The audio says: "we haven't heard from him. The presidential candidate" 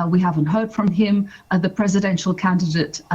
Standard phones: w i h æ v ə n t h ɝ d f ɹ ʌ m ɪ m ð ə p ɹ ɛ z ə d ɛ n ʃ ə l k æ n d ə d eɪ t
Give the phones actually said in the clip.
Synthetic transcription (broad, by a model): w i h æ v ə n t h ɝ d f ɹ ʌ m ɪ m ð ə p ɹ ɛ z ə d ɛ n ʃ ə l k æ n d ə d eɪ t